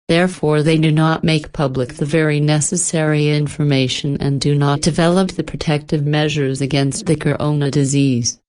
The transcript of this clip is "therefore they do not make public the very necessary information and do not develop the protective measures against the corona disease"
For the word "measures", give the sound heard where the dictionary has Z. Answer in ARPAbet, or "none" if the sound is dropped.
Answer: Z